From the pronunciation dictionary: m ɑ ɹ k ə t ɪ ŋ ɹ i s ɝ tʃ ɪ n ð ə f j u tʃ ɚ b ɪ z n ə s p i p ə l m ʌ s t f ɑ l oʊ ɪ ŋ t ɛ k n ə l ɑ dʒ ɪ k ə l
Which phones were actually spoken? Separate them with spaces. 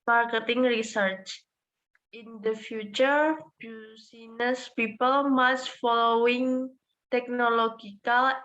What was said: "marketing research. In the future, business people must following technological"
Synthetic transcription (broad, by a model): m ɑ ɹ k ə t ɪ ŋ ɹ i s ɝ tʃ ɪ n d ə f j u tʃ ɚ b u s n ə s p i p ə l m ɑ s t f ɑ l oʊ ɪ ŋ t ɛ k n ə l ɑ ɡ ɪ k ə l